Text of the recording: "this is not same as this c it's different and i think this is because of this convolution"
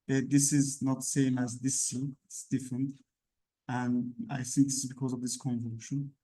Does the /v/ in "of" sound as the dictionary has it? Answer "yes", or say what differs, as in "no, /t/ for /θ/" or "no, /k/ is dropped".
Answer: yes